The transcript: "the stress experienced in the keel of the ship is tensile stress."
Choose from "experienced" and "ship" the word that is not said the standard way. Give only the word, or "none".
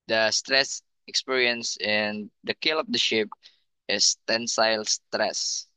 experienced